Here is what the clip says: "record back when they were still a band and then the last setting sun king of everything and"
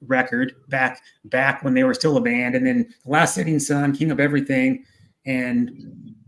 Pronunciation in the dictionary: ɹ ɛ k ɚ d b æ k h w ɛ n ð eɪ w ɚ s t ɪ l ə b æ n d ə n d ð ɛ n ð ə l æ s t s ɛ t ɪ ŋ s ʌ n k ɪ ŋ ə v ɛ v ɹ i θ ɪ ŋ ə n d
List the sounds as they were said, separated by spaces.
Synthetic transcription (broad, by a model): ɹ ɛ k ɚ d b æ k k w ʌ n ð eɪ w ɚ s t ɪ l ə b æ n d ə n ð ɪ n ð ə l æ s t s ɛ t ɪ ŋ s ʌ n k ɪ ŋ ə p ɛ v ɹ i θ ɪ ŋ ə n